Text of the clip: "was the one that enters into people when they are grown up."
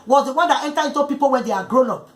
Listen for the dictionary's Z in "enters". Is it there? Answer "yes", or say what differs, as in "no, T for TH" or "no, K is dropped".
no, Z is dropped